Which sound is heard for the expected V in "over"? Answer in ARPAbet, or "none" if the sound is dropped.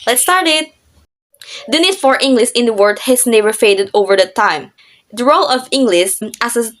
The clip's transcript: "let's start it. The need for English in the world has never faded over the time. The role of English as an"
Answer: V